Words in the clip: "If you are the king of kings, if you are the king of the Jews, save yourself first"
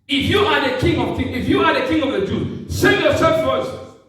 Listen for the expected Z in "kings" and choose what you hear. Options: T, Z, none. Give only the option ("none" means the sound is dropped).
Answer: none